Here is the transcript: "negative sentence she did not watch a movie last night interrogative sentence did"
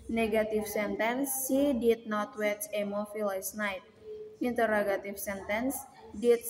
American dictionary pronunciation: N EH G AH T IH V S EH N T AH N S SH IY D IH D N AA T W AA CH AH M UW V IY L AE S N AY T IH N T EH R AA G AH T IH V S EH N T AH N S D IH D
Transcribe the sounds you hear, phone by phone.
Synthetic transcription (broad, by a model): N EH G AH T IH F S EH N T AH N S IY D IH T N AA T W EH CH AH M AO F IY L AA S N AY T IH N T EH R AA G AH T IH F S EH N T AH N S D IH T